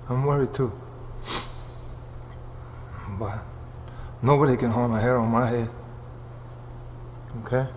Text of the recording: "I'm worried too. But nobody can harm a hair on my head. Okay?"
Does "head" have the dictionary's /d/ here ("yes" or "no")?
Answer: no